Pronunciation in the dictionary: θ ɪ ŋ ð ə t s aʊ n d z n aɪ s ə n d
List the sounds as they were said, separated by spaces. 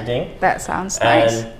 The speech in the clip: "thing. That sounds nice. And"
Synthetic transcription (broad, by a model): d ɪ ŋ ð ə t s aʊ n d z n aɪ ə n